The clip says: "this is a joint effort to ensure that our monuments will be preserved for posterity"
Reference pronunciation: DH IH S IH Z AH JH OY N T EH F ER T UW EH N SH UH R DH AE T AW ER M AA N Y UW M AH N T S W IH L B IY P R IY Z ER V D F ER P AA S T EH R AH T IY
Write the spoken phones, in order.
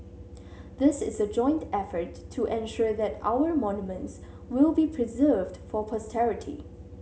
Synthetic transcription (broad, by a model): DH IH S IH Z AH JH OY N T EH F ER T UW EH N SH UH R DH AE T AW ER M AA N Y UW M AH N T S W IH L B IY P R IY Z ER V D F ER P AA S T EH R AH T IY